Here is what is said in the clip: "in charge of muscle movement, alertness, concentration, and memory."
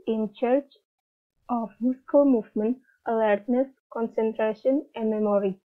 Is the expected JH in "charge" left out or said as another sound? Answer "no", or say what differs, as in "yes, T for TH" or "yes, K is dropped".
yes, CH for JH